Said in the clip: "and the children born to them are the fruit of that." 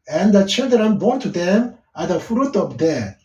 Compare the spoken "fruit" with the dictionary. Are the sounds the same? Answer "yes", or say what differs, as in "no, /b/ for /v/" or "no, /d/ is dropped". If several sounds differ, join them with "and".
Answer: yes